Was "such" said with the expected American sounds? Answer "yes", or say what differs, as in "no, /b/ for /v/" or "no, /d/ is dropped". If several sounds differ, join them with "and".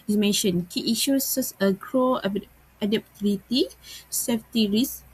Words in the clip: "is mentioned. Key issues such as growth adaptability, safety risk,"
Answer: no, /s/ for /tʃ/